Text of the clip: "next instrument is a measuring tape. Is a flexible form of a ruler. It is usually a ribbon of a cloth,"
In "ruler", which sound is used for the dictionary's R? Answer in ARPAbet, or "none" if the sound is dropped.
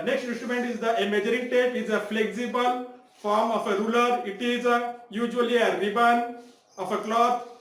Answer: R